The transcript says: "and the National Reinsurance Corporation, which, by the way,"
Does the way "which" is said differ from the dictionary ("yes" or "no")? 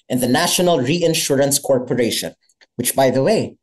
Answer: no